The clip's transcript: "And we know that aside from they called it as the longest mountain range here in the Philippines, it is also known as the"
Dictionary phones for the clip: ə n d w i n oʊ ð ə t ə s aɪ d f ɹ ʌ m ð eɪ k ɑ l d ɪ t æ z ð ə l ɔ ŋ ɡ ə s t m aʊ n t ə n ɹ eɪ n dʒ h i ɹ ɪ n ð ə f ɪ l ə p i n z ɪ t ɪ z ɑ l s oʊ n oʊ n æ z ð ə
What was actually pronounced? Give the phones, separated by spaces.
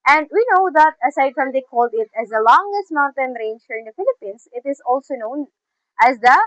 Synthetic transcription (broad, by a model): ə n d w i n oʊ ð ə t ə s aɪ d f ɹ ʌ m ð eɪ k ɑ l d ɪ t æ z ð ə l ɔ ŋ ɡ ə s t m aʊ n t ə n ɹ eɪ n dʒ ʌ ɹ ɪ n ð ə f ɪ l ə p i n s ɪ t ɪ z ɑ l s oʊ n oʊ n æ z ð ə